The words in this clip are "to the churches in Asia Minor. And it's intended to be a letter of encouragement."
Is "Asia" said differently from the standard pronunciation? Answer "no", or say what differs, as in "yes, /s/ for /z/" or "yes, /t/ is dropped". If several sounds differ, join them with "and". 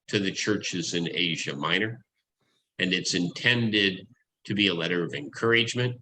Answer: no